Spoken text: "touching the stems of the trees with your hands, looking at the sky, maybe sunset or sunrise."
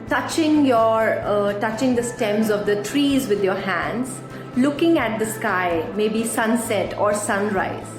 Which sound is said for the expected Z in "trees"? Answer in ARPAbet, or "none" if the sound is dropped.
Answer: Z